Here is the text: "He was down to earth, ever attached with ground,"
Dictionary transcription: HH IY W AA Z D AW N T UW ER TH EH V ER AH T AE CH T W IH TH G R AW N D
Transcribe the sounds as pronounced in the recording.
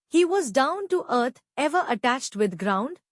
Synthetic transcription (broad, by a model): HH IY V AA Z D AW N T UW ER T EH V ER AH T AE CH T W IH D G R AW N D